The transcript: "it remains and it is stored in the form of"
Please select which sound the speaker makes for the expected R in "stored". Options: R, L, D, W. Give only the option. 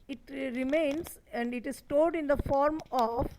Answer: L